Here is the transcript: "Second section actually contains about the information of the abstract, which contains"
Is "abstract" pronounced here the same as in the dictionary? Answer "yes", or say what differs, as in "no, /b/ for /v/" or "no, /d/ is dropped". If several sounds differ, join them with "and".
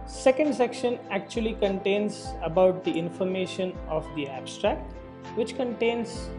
yes